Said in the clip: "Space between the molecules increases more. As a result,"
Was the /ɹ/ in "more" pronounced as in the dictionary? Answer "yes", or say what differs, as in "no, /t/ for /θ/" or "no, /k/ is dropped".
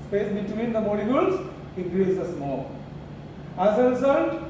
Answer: no, /l/ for /ɹ/